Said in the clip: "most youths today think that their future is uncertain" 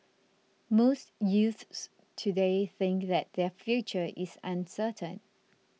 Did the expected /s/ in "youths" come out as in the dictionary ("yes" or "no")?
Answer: yes